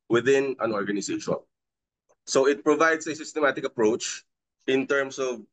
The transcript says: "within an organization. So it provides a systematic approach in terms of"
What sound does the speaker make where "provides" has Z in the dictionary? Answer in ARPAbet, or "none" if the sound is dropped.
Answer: S